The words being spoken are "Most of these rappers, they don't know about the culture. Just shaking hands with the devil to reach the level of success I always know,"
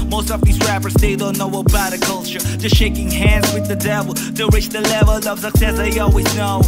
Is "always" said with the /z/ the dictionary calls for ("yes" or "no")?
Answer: yes